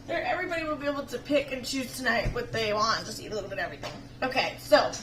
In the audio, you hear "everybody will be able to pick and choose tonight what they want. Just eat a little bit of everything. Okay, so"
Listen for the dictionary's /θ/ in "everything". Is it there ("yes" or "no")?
yes